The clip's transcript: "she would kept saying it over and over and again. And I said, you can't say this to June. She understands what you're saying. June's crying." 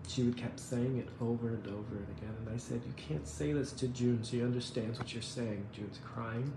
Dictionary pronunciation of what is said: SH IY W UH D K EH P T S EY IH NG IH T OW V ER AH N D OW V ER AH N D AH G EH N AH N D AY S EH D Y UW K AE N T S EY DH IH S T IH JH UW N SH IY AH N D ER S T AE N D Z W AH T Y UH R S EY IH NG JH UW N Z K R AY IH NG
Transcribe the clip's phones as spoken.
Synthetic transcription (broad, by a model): SH IY W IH D K EH P S EY IH NG IH T OW V ER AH N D OW V ER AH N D AH G EH N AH N AY S EH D Y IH K AE N T S EY DH IH S T IH JH UW N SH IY AH N D ER S T AE N D Z W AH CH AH R S EY IH NG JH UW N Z K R AY IH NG